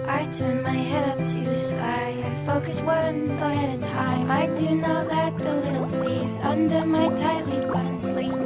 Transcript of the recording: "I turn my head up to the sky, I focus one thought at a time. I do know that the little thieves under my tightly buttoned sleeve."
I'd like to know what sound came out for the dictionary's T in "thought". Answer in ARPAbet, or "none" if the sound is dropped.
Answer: none